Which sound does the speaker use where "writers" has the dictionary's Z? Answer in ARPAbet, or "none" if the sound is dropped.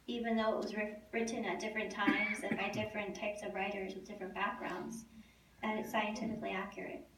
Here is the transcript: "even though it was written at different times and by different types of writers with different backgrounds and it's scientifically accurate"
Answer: Z